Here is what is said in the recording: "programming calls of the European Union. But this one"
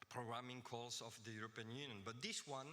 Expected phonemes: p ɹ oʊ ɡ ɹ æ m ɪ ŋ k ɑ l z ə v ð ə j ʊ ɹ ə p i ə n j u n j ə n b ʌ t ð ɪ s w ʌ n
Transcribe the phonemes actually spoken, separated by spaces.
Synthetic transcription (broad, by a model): p ɹ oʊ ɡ ɹ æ m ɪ ŋ k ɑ l s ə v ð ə j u ɹ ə p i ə n j u n j ə n b ʌ t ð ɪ s w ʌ n